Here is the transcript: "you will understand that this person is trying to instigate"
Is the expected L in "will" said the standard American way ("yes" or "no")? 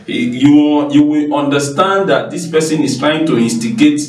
no